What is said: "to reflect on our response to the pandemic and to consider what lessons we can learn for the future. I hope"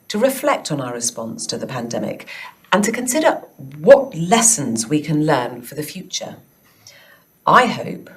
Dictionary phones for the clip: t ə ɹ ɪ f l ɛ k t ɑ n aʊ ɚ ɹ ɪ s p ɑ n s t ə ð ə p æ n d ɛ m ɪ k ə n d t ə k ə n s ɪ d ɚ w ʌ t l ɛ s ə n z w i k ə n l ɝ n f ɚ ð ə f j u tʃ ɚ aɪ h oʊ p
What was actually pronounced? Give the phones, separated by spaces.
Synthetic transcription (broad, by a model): t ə ɹ ɪ f l ɛ k t n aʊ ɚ ɹ ɪ s p ɑ n s t ə ð ə p æ n d ɛ m ɪ k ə n t ə k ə n s ɪ d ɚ w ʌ t l ɛ s ə n z w i k ə n l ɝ n f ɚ ð ə f j u tʃ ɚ aɪ h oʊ p